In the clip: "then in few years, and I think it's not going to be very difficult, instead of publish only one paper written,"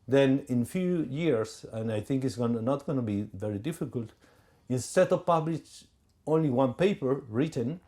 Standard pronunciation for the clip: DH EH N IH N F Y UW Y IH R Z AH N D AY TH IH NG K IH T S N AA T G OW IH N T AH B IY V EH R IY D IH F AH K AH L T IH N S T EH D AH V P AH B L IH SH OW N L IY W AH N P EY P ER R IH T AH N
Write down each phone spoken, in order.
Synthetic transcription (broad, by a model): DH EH N IH N F Y UW Y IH R S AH N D AY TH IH NG K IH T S N AA T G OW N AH B IY V EH R IY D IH F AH K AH L T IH N S T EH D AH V P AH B L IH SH OW N L IY W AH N P EY P ER R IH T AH N